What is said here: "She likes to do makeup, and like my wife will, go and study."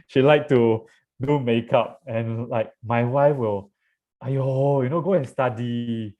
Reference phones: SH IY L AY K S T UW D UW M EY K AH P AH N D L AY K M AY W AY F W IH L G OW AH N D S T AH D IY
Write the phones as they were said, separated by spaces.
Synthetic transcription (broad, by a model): SH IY L AY K T UW D UW M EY K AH P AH N L AY K M AY W AY F W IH L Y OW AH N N S T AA D IY